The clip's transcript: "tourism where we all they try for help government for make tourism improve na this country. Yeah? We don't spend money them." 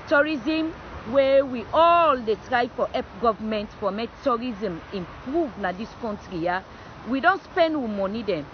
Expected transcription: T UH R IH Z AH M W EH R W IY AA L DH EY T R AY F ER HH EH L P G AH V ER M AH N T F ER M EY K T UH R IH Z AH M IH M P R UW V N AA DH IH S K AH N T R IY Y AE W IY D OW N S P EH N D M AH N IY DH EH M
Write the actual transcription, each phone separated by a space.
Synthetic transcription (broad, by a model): T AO R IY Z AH M W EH W IY AA L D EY T R AY F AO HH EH P G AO V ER M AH N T F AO M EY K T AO R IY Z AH M IH M P R UW V N AA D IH S K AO N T R IY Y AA W IY D OW N S P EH N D M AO N IY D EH M